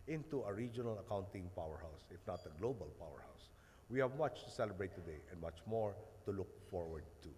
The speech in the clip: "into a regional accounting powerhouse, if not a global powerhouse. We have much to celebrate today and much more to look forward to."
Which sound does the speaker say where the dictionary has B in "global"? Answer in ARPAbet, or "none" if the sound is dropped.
B